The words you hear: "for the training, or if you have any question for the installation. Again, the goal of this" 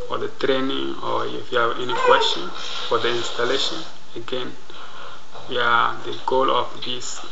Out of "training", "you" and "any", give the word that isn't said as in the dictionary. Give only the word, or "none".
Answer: none